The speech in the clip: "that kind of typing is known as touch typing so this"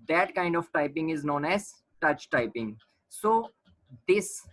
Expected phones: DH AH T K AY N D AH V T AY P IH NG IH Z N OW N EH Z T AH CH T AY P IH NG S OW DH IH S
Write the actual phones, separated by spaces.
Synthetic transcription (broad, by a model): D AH T K AY N D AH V T AY P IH NG IH Z N OW N EH Z T AH CH T AY P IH NG S OW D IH S